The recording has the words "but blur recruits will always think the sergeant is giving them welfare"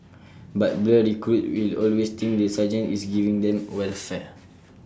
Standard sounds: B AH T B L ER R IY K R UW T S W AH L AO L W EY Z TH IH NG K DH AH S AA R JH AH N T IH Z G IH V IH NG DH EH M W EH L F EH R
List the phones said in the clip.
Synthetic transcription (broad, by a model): B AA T B L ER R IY K R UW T W AH L AO L W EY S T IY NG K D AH S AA JH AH N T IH S G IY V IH NG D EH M W EH L F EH